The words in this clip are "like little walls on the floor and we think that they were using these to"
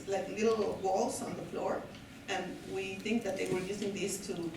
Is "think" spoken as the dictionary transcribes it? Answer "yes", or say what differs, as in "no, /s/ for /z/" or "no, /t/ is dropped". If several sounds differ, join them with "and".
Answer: yes